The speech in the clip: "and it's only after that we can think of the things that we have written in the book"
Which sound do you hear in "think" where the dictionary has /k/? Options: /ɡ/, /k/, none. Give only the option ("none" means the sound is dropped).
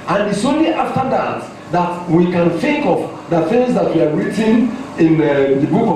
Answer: /k/